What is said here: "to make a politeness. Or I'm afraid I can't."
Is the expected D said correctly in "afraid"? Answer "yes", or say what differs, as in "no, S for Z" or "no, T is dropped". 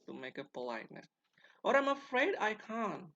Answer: yes